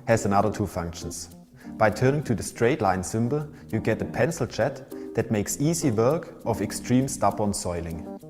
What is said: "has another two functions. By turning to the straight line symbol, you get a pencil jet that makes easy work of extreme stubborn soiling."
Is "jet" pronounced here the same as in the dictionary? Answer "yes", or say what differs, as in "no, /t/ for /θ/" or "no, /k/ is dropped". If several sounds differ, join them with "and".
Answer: no, /tʃ/ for /dʒ/